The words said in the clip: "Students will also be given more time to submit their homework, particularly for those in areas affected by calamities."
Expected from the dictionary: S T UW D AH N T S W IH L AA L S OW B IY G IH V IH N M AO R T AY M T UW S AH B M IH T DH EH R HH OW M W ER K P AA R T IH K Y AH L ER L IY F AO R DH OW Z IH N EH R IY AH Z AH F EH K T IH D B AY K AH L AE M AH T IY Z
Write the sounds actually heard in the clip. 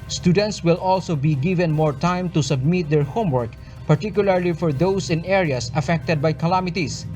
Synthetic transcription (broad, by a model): S T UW D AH N T S W IH L AA L S OW B IY G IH V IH N M AO R T AY M T UW S AH B M IH T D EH R HH OW M W ER K P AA R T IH K Y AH L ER L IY F AO R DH OW S IH N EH R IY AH S AH F EH K T IH D B AY K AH L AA M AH T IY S